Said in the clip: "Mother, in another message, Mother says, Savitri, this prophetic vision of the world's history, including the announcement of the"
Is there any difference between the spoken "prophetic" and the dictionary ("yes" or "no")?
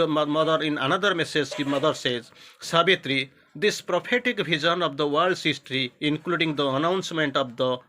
yes